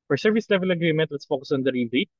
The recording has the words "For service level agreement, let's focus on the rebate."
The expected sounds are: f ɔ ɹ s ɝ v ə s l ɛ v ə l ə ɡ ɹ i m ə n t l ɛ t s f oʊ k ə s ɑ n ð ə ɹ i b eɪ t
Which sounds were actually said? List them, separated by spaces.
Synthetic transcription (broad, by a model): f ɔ ɹ s ɝ v ə s l ɛ v ə l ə ɡ ɹ i m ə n t w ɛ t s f oʊ k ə s ɑ n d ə ɹ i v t